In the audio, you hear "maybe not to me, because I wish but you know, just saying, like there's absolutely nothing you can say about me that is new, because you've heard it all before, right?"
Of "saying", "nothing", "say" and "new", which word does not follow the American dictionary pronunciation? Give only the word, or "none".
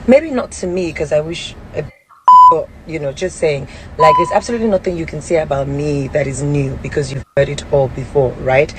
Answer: none